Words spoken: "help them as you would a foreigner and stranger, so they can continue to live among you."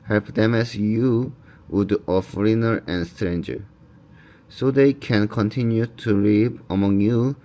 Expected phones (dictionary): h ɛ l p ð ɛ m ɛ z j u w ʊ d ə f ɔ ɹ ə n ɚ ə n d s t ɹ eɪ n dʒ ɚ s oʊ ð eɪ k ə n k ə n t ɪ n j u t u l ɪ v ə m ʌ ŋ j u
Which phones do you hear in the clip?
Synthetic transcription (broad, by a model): h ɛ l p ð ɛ m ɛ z j u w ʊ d ə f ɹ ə n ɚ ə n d s t ɹ eɪ n dʒ ɚ s oʊ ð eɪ k ə n k ə n t ɪ n j u t u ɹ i p ə m ʌ ŋ j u